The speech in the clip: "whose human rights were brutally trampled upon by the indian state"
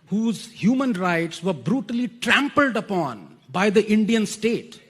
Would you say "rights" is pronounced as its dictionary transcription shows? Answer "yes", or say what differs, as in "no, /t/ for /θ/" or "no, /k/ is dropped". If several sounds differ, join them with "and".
yes